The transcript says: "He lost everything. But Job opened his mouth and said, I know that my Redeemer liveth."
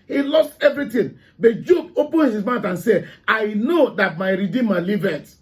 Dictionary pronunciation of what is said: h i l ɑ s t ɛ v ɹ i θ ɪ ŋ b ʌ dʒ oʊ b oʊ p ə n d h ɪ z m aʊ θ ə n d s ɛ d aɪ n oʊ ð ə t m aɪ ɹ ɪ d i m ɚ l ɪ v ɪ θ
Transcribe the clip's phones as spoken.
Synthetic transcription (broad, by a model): h i l ɑ s t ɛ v ɹ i t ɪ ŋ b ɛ dʒ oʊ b oʊ p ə n h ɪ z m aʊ t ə n s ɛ aɪ n oʊ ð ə t m aɪ ɹ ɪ d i m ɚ l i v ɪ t